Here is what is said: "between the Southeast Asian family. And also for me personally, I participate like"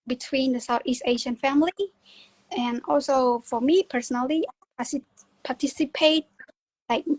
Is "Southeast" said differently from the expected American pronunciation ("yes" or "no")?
no